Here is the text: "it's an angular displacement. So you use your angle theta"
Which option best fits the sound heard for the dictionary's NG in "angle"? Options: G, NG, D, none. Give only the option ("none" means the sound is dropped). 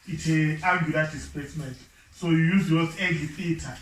none